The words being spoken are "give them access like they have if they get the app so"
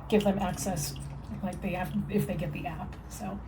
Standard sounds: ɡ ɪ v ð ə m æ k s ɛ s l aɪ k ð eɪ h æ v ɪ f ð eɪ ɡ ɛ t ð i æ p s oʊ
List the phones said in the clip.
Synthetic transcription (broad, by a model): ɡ ɪ v ð ə m æ k s ɛ s l aɪ k ð eɪ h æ f ɪ f ð eɪ ɡ ɛ t ð i æ p s oʊ